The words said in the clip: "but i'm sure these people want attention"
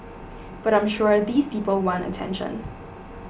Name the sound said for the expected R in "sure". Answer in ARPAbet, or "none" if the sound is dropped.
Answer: R